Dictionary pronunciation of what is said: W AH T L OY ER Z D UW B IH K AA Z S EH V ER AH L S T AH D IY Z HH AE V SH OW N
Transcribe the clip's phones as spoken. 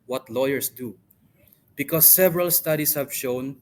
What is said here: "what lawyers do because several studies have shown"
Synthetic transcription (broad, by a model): W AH T L OY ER S D UW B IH K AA S EH V ER AH L S T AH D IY S HH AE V SH OW N